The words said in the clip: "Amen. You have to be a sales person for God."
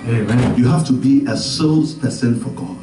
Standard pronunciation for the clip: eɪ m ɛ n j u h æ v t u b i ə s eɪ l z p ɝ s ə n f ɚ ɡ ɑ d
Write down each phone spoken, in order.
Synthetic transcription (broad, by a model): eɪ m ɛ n j u h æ f t u b i ə s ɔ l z p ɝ s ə n f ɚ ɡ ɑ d